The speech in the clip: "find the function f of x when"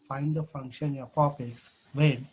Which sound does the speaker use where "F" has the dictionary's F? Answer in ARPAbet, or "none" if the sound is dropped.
P